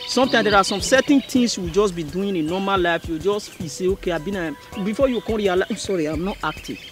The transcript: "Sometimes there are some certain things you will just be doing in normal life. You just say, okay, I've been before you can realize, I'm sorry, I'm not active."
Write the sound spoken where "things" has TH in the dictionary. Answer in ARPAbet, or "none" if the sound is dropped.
T